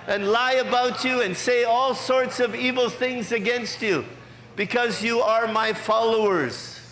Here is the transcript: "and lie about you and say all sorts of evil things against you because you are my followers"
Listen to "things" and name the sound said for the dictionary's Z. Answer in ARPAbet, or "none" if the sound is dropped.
Z